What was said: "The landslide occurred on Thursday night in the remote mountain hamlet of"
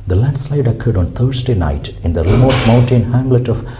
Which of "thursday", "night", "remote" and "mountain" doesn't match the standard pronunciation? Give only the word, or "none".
thursday